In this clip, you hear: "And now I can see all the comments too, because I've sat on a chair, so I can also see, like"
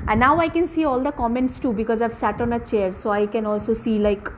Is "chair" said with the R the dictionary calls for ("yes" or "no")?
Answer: yes